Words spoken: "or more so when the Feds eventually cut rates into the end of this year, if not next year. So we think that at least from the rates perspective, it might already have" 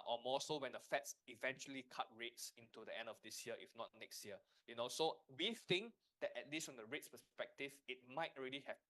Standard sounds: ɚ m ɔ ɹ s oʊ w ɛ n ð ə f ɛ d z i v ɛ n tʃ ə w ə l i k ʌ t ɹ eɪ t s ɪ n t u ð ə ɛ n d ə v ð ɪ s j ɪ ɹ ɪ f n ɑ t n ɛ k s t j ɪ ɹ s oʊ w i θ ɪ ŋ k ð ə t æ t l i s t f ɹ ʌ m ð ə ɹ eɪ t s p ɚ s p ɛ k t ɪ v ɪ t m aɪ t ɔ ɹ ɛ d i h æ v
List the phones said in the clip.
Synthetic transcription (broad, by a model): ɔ m ɔ s oʊ w ɛ n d ə f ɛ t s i v ɛ n tʃ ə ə l i k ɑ t ɹ eɪ t s ɪ n t u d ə ɛ n d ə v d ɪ s j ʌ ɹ ɪ f n ɑ t n ɛ k s t j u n s oʊ w i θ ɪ ŋ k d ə t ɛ t l i s t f ɹ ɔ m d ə ɹ eɪ t s p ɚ s p ɛ k t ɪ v ɪ t m aɪ t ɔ ɹ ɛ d i h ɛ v